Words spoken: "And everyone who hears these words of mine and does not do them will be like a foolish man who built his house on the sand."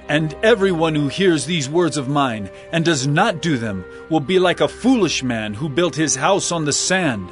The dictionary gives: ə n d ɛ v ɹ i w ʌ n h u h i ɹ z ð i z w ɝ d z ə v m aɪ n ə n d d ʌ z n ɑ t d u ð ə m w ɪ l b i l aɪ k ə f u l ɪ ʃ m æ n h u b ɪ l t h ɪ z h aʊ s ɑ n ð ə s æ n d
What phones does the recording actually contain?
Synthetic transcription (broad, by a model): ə n ɛ v ɹ i w ʌ n h u h i ɹ z ð i z w ɝ d z ə v m aɪ n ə n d d ʌ z n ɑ t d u ð ə m w ɪ l b i l aɪ k ə f u l ɪ ʃ m æ n h u b ɪ l t h ɪ z h aʊ s n ð ə s æ n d